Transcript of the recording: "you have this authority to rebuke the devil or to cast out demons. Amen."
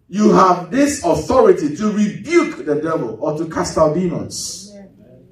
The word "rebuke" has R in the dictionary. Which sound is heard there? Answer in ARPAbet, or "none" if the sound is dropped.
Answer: R